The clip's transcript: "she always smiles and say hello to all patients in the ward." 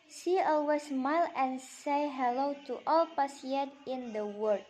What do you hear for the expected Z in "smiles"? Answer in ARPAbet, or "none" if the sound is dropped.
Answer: none